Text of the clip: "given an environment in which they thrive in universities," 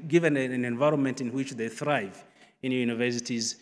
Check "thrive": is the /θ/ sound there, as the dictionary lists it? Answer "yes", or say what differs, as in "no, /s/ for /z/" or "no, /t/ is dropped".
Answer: yes